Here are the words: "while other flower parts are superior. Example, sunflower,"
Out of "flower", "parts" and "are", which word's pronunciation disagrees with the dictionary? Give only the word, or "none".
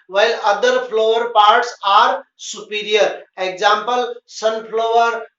flower